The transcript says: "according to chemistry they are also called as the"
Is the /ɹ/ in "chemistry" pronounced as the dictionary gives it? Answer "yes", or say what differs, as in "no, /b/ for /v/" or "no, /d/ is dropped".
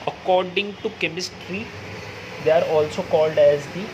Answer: yes